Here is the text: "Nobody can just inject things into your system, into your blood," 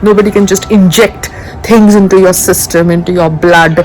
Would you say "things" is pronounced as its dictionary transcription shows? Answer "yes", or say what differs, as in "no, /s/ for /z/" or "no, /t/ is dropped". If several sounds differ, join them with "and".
no, /t/ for /θ/